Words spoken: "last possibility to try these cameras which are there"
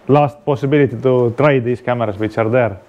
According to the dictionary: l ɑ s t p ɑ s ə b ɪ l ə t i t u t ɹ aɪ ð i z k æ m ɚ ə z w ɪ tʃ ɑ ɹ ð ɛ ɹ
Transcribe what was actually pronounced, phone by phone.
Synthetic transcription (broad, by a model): l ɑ s t p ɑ s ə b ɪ l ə t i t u t ɹ aɪ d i s k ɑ m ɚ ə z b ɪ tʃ ɑ ɹ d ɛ ɹ